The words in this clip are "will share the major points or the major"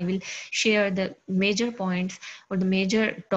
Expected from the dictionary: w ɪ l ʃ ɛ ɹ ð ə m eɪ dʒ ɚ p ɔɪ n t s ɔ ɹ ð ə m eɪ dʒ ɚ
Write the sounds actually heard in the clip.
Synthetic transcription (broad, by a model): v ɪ l ʃ ɛ ɹ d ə m eɪ dʒ ɚ p ɔɪ n t s ɔ ɹ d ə m eɪ dʒ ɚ